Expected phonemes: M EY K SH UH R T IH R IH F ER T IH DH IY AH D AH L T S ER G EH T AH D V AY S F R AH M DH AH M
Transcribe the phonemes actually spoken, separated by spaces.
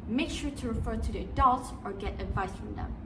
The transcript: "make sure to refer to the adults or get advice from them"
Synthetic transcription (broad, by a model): M EY K SH UH R T IH R IH F ER T IH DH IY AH D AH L T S ER G EH T AH D V AY S F R AH M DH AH M